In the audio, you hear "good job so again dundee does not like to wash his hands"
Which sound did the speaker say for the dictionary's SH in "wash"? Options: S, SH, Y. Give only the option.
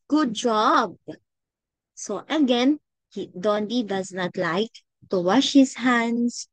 SH